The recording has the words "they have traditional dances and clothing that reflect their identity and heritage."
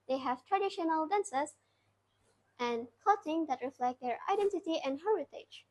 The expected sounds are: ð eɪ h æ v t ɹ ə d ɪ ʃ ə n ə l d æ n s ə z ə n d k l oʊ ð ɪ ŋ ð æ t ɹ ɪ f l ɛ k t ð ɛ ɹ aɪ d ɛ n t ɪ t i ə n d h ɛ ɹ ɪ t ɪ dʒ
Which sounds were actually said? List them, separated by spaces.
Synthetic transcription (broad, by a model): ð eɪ h æ v t ɹ ə d ɪ ʃ ə n ə l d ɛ n s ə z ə n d k oʊ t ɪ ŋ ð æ t ɹ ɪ f l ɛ k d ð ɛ ɹ aɪ d ɛ n t ɪ t i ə n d h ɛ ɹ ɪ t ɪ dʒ